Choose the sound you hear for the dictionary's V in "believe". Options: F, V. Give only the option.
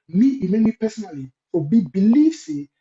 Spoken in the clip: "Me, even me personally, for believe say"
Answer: F